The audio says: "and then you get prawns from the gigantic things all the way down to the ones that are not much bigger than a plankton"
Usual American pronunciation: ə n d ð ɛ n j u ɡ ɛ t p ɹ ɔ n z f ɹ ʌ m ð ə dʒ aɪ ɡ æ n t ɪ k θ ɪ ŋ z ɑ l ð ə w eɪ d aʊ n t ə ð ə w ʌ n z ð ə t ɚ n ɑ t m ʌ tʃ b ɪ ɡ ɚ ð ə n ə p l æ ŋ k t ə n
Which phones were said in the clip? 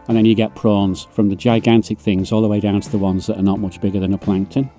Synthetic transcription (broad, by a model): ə n ð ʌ n j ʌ ɡ ɛ t p ɹ ɔ n z f ɹ ʌ m ð ə dʒ aɪ ɡ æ n t ɪ k θ ɪ ŋ z ɑ l ð ə w eɪ d aʊ n t ə ð ə w ʌ n z ð ə t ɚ n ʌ t m ʌ tʃ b ɪ ɡ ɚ ð ə n ə p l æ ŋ k t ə n